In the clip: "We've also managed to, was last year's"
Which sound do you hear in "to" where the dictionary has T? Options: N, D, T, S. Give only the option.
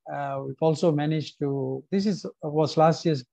S